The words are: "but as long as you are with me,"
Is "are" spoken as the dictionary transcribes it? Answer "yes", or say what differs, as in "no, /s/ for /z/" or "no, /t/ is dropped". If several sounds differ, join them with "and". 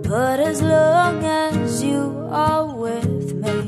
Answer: no, /l/ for /ɹ/